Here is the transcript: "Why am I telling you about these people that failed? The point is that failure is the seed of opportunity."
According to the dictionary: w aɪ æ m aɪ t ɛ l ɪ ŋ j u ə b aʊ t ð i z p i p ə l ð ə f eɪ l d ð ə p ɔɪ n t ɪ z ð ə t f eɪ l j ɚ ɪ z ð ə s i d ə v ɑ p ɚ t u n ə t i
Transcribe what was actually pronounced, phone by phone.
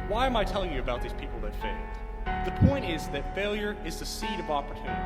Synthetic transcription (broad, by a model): w aɪ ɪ m aɪ t ɛ l ɪ ŋ j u ə b aʊ t ð i z p i p l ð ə f eɪ l d ð ə p ɔɪ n t ɪ z ð ə t f eɪ l j ɚ ɪ z ð ə s i d ə v ɑ p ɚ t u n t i